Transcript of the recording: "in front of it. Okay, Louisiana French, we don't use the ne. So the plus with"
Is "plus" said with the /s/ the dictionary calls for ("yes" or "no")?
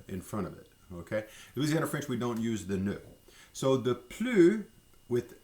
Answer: no